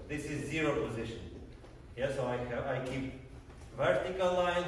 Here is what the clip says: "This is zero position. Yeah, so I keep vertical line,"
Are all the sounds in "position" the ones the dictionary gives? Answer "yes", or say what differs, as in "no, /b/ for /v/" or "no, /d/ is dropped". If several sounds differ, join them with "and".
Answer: yes